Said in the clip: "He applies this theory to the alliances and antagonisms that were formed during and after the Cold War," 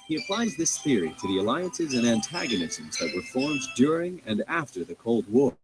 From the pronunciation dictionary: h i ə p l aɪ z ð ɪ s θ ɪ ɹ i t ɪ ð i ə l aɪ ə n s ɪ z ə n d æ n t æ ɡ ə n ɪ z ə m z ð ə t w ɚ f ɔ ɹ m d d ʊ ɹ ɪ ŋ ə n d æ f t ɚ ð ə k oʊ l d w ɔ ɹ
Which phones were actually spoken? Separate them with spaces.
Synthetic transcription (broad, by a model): h i ə p l aɪ z ð ɪ s θ ɪ ɹ i t ɪ ð i ə l aɪ ə n s ɪ z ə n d æ n t æ ɡ ə n ɪ z ə m z ð ə t w ɚ f ɔ ɹ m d d ʊ ɹ ɪ ŋ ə n æ f t ɚ ð ə k oʊ l d w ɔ ɹ